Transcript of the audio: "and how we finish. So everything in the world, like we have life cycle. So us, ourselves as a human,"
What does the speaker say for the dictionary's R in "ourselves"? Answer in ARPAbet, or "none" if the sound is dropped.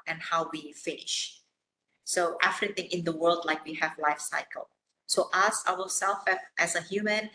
W